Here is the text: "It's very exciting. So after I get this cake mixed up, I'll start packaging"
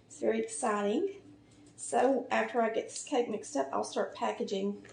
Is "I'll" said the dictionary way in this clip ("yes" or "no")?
yes